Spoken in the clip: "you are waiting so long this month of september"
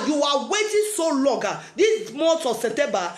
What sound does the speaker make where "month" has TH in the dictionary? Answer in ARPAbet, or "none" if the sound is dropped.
S